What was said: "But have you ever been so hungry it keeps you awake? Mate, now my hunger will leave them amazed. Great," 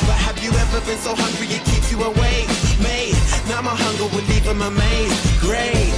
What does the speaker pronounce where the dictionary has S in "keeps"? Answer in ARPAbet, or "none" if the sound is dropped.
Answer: none